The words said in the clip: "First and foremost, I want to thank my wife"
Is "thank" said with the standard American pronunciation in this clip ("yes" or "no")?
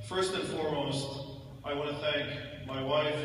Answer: yes